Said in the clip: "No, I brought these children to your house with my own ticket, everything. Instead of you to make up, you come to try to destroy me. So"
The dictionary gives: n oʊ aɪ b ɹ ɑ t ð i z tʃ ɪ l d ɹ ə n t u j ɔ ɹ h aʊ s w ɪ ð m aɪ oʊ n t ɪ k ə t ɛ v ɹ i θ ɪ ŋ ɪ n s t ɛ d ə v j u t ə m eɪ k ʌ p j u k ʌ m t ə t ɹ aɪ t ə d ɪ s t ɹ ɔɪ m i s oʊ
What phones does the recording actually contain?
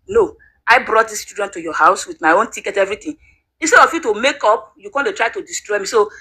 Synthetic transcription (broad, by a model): n oʊ aɪ b ɹ ɑ t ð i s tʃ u d ə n t u j ɔ h aʊ s w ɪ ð m aɪ oʊ n t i k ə t ɛ v ɹ i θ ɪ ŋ ɪ n s t ɛ d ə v j u t ə m eɪ k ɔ p j u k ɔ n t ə t ɹ aɪ t ə d ɪ s t ɹ ɔɪ m i s oʊ